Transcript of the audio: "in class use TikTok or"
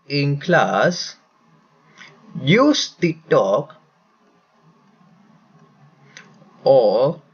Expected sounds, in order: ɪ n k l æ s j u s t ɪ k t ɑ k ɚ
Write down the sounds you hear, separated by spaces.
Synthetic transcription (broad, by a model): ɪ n k l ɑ s j u s t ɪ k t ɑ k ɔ